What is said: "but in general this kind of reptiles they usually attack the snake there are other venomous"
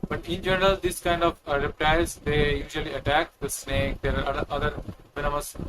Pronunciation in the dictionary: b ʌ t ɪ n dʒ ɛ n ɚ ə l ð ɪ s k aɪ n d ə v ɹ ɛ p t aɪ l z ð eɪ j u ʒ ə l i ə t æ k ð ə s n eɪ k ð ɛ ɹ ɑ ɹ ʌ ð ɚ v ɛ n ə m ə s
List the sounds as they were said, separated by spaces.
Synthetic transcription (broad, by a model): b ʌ t ɪ n dʒ ɛ n ɚ ə l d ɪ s k aɪ n d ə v ɹ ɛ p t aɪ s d eɪ j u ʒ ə l i ə t æ k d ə s n eɪ k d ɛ ɹ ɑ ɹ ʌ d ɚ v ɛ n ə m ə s